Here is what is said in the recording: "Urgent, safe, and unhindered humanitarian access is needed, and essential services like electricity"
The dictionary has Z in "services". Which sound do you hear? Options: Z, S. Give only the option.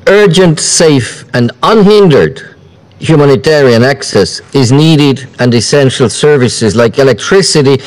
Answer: Z